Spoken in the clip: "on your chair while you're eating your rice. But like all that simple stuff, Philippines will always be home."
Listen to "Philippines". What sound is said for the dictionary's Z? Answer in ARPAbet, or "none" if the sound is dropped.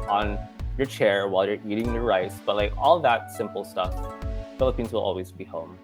Z